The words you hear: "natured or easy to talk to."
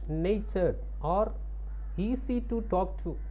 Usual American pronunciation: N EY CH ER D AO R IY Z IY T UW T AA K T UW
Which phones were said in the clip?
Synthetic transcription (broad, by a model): N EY CH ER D AO R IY S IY T UW T AA K T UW